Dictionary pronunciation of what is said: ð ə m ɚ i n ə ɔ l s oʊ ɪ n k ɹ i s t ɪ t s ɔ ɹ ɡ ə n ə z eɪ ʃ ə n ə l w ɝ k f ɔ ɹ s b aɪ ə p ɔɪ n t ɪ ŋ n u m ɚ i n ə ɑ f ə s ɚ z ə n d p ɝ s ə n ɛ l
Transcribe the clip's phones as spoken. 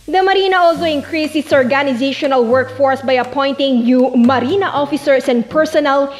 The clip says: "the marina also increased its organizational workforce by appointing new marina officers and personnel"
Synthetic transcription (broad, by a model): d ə m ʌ i n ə ɔ l s oʊ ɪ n k ɹ i s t ɪ t s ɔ ɹ ɡ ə n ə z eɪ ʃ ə n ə l w ɝ k f ɔ ɹ s b aɪ ə p ɔɪ n t ɪ ŋ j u m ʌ i n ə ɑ f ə s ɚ s ə n d p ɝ s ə n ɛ l